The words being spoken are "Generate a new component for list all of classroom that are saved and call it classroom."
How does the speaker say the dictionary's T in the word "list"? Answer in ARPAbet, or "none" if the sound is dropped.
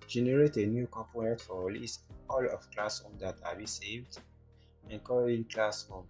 none